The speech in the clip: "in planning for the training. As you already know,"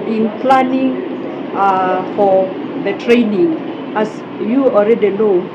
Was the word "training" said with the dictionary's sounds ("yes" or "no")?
yes